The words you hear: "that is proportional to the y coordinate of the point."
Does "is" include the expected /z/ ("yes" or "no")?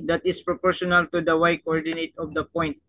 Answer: no